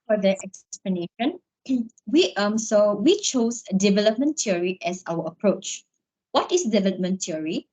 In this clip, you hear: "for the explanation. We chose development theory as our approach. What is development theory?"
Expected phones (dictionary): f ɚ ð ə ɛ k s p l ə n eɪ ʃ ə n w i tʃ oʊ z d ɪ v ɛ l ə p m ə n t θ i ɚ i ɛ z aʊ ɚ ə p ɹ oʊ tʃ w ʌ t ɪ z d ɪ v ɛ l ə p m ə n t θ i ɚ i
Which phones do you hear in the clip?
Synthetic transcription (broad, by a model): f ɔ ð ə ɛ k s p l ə n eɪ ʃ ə n w i s oʊ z d ɪ v ɛ l ə p m ə n t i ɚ i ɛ s aʊ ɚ ə p ɹ oʊ tʃ w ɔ t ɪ s d ɪ v ɛ l ə p m ə n t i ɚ i